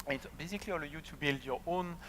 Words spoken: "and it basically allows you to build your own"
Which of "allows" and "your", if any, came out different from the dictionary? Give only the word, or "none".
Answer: allows